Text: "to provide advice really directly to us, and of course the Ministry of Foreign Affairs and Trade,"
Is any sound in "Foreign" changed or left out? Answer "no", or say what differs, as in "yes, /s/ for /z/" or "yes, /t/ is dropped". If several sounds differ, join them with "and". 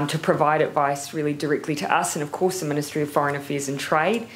no